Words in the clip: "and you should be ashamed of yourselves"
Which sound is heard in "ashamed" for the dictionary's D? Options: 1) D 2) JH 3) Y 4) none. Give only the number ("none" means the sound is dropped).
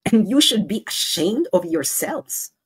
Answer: 1